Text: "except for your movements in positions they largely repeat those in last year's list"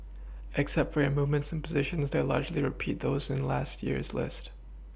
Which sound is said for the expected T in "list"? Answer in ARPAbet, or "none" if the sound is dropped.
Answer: T